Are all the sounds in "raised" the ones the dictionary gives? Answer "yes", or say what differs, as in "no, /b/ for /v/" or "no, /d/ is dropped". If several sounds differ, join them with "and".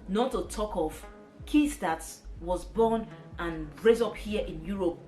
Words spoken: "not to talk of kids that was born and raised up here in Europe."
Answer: no, /d/ is dropped